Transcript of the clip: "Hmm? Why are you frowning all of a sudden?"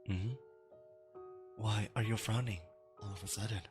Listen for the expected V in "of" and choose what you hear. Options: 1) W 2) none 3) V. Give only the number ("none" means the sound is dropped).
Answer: 3